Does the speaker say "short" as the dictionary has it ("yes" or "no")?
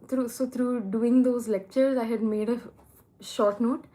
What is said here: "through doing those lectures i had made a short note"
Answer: yes